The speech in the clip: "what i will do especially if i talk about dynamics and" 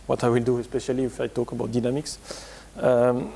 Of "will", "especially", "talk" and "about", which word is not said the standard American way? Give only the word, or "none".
none